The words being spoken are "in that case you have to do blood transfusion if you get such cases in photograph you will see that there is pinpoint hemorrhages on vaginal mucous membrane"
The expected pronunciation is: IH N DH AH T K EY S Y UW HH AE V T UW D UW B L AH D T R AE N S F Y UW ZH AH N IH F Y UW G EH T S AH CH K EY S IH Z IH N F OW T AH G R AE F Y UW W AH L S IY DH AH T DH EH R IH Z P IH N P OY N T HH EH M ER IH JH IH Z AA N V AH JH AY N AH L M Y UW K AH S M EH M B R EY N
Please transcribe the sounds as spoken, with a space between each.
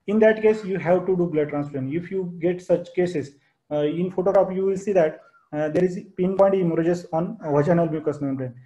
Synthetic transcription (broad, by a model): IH N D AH T K EY S Y UW HH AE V T UW D UW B L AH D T R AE N S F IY SH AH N IH F Y UW G EH T S AH CH K EY S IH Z IH N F OW T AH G R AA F Y UW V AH L S IY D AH T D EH R IH Z P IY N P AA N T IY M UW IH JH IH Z AA N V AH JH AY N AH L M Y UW K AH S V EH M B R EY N